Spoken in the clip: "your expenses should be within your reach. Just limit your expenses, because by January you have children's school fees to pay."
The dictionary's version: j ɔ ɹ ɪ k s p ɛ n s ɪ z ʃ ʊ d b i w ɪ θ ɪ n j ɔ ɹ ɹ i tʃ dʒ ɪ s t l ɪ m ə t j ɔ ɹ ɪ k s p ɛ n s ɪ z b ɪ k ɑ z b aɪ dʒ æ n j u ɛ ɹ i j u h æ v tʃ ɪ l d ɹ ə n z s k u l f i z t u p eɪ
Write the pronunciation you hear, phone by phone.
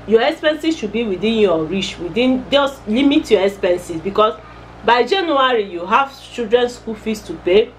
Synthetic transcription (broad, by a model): j ɔ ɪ k s p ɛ n s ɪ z ʃ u d b i w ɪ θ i n j ɔ ɹ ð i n dʒ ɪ s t l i m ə t j ɔ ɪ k s p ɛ n s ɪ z b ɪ k ɑ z b aɪ dʒ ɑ n j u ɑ ɹ i j u h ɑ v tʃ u d ɹ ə n s k u l f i s t u p eɪ